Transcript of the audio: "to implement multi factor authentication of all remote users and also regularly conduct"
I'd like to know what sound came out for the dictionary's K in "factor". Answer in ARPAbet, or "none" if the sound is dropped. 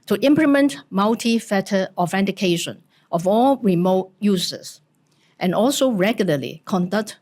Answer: none